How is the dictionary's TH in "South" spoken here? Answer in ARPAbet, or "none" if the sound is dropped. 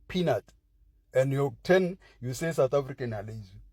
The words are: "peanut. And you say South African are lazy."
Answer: T